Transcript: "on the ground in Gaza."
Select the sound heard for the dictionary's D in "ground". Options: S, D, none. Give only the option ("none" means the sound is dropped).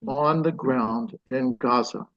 D